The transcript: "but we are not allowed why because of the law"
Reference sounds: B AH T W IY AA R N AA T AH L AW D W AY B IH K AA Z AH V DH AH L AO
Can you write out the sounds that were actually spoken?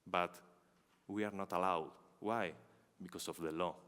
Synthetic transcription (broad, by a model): B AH T W IY AA R N AA T AH L AW D W AY B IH K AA S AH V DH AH L AO